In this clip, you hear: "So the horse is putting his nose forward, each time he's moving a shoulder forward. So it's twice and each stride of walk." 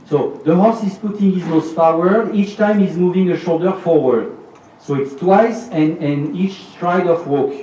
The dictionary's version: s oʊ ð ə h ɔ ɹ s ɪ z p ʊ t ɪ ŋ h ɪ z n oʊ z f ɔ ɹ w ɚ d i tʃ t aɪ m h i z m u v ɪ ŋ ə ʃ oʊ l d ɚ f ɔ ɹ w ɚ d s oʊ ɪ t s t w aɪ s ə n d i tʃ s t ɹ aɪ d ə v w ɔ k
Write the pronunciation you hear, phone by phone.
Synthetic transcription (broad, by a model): s oʊ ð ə h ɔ s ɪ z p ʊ t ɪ ŋ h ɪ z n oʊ s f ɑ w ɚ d i tʃ t aɪ m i z m u v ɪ ŋ ə ʃ oʊ l d ɚ f ɔ ɹ w ɚ d s oʊ ɪ t s t w aɪ s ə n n i tʃ s t ɹ aɪ d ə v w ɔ k